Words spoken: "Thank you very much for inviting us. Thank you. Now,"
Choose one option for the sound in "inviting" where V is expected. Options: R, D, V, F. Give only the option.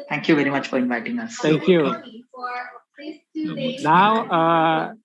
V